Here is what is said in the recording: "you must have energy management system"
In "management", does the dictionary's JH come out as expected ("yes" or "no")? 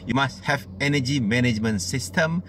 yes